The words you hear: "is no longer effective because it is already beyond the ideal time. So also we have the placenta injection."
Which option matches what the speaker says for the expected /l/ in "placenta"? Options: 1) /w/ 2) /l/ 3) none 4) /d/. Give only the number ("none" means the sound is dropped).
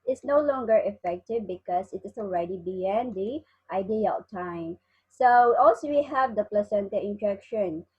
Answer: 2